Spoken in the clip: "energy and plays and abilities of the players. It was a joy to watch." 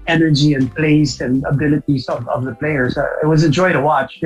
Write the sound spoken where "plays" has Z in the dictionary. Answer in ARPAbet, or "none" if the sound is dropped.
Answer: S